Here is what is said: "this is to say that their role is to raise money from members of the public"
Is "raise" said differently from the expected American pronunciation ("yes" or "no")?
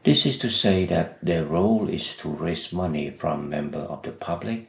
yes